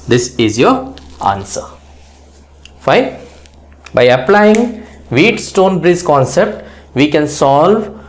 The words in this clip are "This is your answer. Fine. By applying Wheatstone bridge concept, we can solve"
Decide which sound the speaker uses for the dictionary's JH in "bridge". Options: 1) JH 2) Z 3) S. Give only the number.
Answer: 2